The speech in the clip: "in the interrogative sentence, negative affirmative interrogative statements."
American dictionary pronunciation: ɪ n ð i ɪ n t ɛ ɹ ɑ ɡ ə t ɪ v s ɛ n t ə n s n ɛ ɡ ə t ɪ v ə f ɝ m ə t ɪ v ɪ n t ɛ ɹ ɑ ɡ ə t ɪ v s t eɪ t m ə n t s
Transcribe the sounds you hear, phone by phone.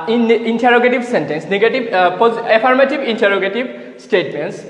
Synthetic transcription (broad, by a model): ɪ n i n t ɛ ɹ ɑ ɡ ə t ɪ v s ɛ n t ə n s n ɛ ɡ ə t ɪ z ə p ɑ m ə t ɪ b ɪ n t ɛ ɹ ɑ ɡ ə t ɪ b s t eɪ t m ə n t s